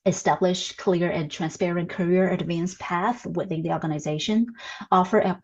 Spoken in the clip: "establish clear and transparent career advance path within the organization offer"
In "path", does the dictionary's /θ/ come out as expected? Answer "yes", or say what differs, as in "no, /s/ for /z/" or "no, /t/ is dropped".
yes